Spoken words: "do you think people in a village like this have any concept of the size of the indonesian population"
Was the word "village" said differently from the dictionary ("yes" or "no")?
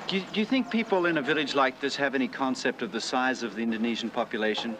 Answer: no